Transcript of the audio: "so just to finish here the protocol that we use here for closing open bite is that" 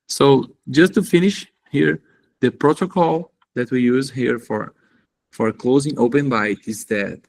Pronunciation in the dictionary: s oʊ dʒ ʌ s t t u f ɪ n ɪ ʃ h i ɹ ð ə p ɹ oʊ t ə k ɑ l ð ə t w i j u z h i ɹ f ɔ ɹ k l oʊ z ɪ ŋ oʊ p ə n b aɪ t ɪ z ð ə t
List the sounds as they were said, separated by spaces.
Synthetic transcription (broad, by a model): s oʊ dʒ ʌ s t t u f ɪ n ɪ ʃ h i ɹ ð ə p ɹ oʊ t ə k ɑ l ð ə t w i j u z h i ɹ f ɔ ɹ k l oʊ z ɪ ŋ oʊ p ə n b aɪ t ɪ z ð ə t